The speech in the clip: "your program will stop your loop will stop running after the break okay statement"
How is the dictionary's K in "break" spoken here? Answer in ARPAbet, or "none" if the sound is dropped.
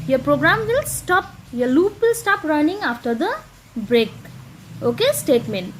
K